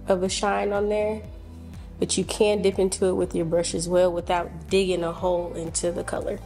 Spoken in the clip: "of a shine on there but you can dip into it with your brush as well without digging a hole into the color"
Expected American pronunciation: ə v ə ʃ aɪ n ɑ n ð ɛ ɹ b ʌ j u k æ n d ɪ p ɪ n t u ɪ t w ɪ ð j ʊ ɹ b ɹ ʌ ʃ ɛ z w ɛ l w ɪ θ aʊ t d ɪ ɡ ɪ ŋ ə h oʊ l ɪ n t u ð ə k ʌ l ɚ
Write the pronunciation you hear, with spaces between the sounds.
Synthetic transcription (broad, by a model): ə v ə ʃ aɪ n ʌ n ð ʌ ɹ b ʌ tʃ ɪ k æ n d ɪ p ɪ n t u ɪ t w ɪ ð j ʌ ɹ b ɹ ʌ ʃ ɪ z w ɛ l w ɪ θ aʊ t d ɪ ɡ ɪ ŋ ə h oʊ l ɪ n t u ð ə k ʌ l ɚ